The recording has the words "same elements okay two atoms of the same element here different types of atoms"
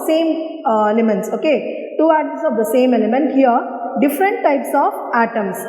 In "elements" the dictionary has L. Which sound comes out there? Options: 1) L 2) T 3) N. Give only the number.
1